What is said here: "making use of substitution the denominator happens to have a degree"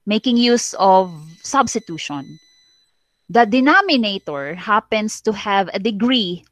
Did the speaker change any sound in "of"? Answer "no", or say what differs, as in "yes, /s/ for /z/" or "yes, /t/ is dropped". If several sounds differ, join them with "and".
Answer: no